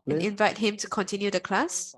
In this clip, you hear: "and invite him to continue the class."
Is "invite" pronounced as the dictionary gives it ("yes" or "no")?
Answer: yes